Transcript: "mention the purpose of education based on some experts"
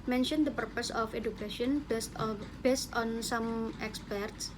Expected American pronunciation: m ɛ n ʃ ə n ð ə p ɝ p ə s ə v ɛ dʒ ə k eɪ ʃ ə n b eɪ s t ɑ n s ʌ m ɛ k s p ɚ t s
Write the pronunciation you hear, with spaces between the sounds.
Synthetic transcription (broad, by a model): m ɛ n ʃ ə n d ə p ɝ p ə s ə f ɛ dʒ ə k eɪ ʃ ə n b eɪ s t ɑ n s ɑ m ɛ k s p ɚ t s